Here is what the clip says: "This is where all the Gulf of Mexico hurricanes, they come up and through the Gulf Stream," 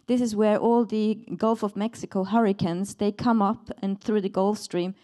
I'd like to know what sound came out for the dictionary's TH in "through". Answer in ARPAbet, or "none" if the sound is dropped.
TH